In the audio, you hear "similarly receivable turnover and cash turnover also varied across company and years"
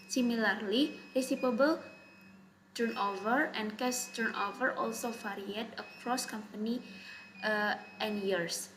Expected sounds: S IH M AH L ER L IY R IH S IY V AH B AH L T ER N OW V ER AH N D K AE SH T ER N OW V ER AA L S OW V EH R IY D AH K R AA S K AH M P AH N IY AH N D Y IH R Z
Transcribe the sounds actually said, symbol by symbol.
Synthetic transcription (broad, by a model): S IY M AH L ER L IY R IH S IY P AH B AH L T ER N OW V ER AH N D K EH S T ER N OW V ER AA L S OW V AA R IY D AH K R AA S K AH M P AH N IY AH N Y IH R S